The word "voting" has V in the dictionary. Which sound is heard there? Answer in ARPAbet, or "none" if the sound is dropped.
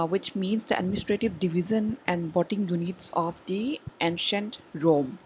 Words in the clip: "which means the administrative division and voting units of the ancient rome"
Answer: B